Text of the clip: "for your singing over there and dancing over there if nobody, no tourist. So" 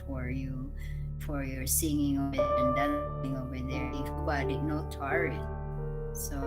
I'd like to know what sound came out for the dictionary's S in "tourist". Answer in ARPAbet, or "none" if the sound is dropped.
none